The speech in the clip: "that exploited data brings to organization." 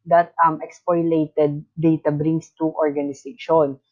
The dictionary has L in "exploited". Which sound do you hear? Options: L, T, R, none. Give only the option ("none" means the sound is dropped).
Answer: none